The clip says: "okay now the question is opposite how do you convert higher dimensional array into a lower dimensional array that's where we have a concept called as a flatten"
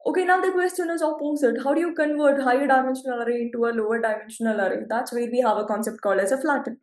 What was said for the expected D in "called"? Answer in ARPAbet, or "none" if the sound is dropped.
none